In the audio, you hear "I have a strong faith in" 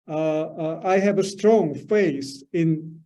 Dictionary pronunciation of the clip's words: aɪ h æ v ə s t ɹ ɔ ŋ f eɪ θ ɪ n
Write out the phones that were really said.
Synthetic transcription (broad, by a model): aɪ h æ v ə s t ɹ ɔ ŋ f eɪ s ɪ n